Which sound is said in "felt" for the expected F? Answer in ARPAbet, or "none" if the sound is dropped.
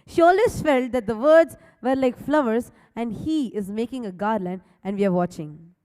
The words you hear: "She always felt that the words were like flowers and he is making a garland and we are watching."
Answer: F